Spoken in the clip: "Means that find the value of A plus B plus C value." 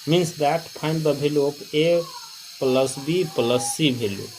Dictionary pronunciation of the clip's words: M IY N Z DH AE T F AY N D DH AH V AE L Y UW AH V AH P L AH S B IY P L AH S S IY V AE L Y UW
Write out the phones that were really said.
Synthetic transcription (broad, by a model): M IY N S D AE T P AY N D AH B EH L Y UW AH P AH P L AH S B IY P L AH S S IY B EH L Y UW